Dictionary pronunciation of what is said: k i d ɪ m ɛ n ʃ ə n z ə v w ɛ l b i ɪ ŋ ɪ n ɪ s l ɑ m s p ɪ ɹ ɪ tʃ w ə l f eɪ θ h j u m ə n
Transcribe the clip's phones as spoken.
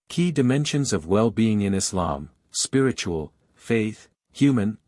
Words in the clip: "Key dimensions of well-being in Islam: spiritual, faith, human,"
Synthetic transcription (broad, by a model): k i d ɪ m ɛ n ʃ ə n z ə v w ɛ l b i ɪ ŋ ɪ n ɪ s l ɑ m s p ɪ ɹ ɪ tʃ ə l f eɪ θ h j u m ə n